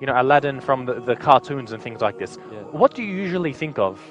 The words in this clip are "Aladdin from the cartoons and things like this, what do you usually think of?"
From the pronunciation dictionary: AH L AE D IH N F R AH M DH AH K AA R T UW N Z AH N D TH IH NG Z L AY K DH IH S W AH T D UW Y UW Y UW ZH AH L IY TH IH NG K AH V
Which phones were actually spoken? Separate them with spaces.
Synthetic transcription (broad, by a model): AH L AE D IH N F R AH M DH AH K AA R T UW N Z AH N TH IH NG Z L AY K DH IH S W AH T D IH Y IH Y UW ZH AH L IY TH IH NG K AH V